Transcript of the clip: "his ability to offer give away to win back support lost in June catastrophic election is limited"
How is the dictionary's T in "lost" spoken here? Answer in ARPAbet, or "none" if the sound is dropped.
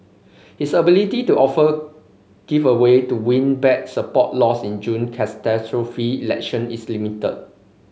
none